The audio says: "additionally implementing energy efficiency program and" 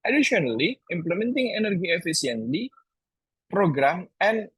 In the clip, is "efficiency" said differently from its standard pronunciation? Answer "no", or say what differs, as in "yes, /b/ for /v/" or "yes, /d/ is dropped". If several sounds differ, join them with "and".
yes, /s/ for /ʃ/